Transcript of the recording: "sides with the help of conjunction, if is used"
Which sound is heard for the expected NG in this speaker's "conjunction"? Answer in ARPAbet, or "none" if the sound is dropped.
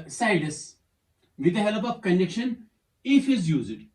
none